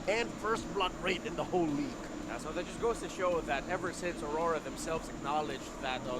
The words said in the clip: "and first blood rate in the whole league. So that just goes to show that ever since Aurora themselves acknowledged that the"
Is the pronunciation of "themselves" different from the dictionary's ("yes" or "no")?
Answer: no